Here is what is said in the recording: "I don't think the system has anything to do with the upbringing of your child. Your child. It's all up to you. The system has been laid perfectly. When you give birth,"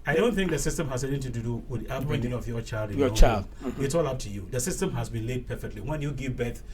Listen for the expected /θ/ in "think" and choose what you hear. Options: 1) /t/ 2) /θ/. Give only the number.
2